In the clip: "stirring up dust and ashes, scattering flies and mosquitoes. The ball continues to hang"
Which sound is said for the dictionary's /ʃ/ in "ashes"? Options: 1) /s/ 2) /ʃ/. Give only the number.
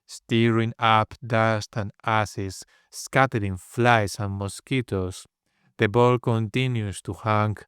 1